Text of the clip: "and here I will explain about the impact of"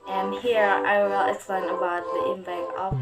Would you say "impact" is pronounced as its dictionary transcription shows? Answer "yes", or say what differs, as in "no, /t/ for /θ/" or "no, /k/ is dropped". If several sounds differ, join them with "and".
no, /t/ is dropped